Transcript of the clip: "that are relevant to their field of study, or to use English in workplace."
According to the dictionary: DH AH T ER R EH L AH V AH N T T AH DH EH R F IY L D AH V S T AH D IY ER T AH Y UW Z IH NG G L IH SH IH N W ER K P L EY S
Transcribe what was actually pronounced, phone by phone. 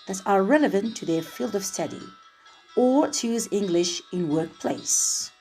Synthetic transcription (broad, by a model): DH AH T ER R EH L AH V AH N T T AH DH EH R F IY L D AH V S T AH D IY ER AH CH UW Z IH NG G L IH SH IH N W ER K P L EY S